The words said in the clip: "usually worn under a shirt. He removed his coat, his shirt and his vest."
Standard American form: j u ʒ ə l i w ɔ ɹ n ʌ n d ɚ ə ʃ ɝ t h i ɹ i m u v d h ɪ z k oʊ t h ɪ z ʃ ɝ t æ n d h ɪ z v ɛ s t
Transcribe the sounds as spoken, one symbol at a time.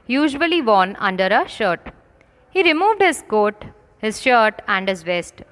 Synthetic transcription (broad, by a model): j u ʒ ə l i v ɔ n ʌ n d ɚ ə ʃ ɝ t h i ɹ i m u v d h ɪ z k oʊ t h ɪ z ʃ ɝ t æ n d h ɪ z v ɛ s t